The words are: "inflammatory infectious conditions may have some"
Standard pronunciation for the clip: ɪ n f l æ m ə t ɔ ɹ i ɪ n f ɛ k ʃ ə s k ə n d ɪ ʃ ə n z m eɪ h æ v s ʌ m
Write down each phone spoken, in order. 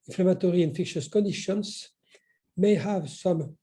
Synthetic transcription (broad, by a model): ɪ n f l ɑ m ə t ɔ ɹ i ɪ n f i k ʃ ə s k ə n d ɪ ʃ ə n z m eɪ h æ v s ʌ m